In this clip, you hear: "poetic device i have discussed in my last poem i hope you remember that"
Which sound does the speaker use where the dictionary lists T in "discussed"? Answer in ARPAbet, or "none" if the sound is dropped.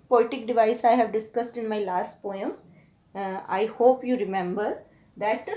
T